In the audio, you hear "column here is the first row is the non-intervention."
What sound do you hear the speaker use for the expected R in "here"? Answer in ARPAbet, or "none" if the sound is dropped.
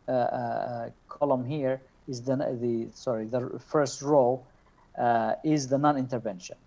R